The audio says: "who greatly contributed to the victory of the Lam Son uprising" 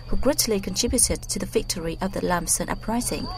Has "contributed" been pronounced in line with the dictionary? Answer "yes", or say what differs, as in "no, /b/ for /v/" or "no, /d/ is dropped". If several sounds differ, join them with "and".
yes